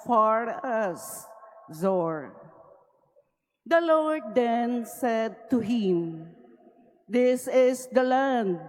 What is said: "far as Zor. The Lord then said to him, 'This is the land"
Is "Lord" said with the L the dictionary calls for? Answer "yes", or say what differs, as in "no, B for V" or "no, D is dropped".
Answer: yes